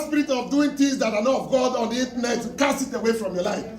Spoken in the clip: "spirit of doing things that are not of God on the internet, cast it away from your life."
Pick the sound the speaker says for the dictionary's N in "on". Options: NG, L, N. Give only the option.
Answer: N